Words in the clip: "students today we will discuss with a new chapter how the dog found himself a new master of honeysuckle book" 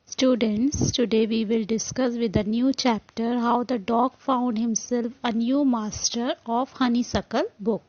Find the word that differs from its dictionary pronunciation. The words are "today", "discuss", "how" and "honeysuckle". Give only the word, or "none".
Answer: none